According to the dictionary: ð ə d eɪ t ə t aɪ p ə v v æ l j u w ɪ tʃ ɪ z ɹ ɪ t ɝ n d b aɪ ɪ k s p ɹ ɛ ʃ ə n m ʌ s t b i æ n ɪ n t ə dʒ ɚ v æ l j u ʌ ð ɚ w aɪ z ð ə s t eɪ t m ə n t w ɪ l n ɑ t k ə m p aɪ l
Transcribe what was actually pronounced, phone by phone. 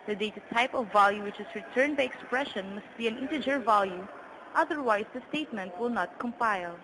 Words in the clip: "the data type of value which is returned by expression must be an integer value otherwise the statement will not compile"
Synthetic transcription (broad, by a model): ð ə d eɪ t ə t aɪ p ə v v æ l j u w ɪ tʃ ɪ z ɹ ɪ t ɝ n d b aɪ ɪ k s p ɹ ɛ ʃ ə n m ʌ s t b i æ n ɪ n t ə dʒ ɚ v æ l j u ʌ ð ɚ w aɪ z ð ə s t eɪ t m ə n t w ɪ l n ɑ t k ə m p aɪ l